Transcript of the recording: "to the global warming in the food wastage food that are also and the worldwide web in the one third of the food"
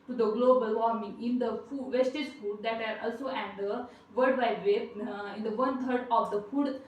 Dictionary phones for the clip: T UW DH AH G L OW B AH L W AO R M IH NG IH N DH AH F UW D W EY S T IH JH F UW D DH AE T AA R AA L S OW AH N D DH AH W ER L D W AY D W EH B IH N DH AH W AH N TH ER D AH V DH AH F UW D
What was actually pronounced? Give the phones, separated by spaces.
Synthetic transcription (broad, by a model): T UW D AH G L OW B AH L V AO R M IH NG IH N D AH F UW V EY S T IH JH F UW D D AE T AA R AA L S OW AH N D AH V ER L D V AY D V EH IH N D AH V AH N T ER D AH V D AH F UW D